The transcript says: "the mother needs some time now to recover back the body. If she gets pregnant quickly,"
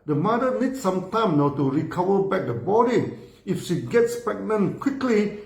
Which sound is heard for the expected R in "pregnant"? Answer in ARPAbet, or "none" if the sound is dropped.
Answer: none